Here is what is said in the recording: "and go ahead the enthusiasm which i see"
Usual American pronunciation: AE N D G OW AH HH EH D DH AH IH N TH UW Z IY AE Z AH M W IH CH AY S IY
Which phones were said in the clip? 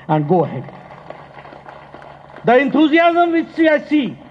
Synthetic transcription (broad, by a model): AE N D G OW AH HH EH D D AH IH N T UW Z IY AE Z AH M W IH S AY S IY